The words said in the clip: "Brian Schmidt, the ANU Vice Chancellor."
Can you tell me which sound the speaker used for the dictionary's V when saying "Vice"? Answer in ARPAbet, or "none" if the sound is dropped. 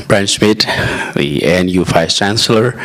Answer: F